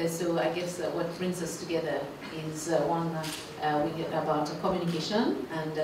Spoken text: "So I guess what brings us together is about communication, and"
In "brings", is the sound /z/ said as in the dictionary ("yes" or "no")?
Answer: yes